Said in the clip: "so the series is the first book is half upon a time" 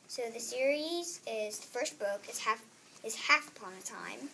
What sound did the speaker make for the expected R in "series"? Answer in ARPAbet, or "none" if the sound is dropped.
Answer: R